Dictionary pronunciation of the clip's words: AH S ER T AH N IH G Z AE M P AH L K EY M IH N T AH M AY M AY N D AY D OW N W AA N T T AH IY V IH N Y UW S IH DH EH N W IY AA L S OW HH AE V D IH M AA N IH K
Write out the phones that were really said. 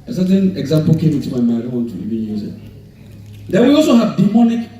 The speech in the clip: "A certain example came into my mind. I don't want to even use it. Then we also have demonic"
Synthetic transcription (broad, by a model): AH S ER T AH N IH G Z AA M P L K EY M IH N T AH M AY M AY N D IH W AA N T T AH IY B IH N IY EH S IH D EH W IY AA L S OW HH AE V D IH M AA N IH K